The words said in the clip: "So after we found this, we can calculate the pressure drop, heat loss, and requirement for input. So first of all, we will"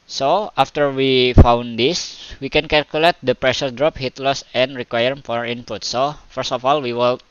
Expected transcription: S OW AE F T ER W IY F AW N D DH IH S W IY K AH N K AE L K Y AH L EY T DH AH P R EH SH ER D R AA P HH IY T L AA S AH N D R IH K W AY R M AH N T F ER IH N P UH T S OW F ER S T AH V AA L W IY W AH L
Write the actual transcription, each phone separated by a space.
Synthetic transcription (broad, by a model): S OW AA F T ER W IY F AW N D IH S W IY K AH N K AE L K Y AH L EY T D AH P R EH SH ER D R AA P HH IY T L AA S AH N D R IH K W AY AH T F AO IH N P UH T S OW F ER S T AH F AA L W IY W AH L